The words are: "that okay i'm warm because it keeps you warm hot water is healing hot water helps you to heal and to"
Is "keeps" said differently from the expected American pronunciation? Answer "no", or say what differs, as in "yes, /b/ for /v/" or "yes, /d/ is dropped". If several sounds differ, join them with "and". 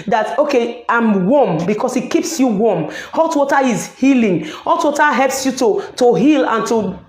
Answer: no